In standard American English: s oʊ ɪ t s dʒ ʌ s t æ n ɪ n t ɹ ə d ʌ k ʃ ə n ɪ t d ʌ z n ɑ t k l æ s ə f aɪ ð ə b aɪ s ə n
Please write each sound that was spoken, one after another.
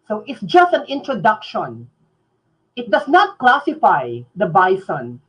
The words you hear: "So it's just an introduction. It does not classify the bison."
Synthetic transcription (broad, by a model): s oʊ ɪ t s dʒ ʌ s t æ n ɪ n t ɹ ə d ʌ k ʃ ə n ɪ t d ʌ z n ɑ t k l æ s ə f aɪ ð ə b aɪ s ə n